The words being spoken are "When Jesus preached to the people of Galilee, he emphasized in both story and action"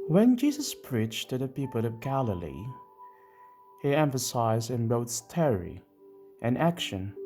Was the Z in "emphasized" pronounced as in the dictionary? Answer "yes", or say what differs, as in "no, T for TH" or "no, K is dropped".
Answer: yes